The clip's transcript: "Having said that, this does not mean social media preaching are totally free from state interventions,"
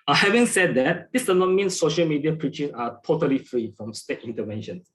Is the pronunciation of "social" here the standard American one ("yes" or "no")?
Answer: yes